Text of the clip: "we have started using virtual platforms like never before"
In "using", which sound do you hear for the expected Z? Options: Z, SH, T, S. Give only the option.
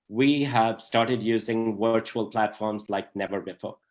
Z